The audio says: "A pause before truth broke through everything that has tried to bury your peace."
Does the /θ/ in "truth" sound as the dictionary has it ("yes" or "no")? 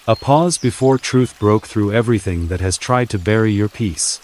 yes